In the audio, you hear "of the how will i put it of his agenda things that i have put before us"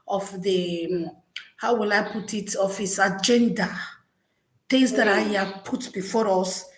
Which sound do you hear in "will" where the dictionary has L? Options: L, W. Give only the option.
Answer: L